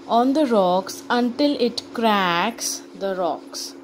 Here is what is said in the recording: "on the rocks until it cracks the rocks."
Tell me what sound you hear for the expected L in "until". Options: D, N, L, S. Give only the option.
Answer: L